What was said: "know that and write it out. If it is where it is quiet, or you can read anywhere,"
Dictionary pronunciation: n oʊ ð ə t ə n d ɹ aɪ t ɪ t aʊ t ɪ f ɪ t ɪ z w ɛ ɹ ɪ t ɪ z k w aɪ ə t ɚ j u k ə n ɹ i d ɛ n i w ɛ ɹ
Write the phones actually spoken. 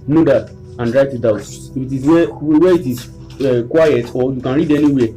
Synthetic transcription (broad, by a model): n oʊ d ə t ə n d ɹ aɪ t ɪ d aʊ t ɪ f ɪ t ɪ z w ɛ w ɪ t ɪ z k w aɪ ə t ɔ j u k ə n ɹ i d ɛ n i w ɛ